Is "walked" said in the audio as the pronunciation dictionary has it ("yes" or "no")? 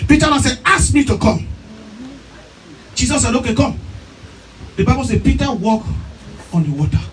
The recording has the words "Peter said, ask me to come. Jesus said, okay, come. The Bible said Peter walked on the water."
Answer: no